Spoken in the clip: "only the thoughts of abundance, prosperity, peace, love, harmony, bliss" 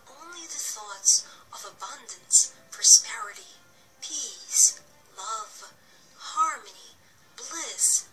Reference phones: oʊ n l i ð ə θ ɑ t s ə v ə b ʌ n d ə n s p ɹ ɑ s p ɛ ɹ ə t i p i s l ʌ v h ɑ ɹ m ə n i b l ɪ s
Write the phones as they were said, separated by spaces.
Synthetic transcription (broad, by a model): oʊ n l i ð ə θ ɑ t s ə v ə b ʌ n d ə n s p ɹ ɑ s p ɛ ɹ ə t i p i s l ʌ v h ɑ ɹ m ə n i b l ɪ s